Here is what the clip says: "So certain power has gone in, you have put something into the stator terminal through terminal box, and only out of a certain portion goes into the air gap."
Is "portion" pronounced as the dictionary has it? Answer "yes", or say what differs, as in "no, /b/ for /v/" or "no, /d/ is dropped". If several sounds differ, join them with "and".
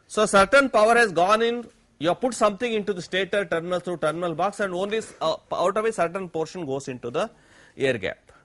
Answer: yes